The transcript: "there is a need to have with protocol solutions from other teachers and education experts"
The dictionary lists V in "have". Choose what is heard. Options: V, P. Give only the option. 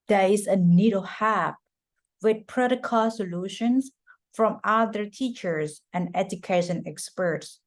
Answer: P